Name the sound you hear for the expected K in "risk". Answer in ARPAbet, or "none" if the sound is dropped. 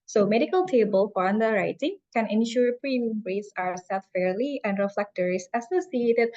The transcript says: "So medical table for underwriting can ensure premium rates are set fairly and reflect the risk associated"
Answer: none